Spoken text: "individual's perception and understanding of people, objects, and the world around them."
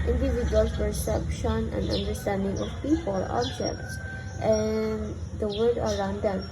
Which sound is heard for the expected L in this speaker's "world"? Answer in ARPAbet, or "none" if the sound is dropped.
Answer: none